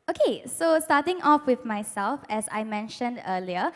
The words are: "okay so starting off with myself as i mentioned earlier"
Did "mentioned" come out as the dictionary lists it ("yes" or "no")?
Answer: yes